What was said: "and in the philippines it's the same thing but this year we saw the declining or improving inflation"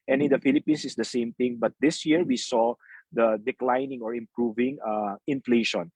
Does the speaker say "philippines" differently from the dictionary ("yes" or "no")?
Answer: yes